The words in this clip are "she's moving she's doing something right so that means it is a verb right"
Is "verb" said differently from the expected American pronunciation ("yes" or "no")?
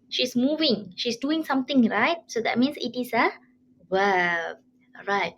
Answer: yes